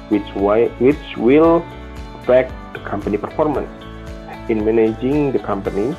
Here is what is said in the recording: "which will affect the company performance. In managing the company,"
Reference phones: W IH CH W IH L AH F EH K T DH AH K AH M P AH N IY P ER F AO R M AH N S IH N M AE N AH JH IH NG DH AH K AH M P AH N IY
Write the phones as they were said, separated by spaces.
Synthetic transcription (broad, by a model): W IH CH W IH W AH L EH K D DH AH K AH M P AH N IY P ER F AO R M AH N S IH N M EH N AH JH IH NG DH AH K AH M P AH N IY